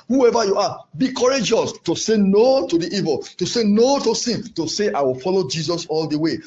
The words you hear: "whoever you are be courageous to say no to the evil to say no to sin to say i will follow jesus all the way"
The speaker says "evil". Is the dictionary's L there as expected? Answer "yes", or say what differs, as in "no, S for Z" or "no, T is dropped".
yes